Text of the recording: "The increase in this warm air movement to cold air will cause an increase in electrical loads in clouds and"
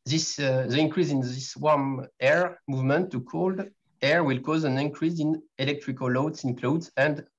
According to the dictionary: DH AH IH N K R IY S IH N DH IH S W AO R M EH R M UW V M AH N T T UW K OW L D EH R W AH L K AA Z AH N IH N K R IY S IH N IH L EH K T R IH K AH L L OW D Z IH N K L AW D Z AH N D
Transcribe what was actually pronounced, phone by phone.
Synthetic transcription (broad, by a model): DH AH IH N K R IY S IH N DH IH S W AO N EH R M UW V M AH N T T UW K OW L D EH R W AH L K AA Z AH N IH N K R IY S IH N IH L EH K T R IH K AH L L OW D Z IH N K L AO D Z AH N D